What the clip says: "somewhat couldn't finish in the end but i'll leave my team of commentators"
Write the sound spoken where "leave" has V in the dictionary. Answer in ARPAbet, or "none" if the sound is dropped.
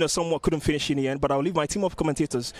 V